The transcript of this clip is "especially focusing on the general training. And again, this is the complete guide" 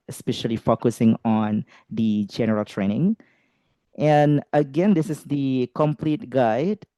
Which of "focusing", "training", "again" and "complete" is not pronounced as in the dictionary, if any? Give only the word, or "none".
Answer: none